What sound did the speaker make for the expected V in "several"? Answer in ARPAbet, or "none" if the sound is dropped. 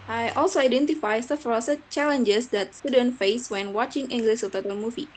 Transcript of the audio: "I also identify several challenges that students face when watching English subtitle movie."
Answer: F